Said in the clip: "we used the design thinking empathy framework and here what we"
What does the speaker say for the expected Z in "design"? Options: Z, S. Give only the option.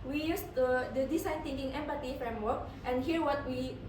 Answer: S